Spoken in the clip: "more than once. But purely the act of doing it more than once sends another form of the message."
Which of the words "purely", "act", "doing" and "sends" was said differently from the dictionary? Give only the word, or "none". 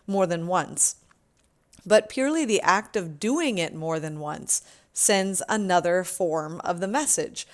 none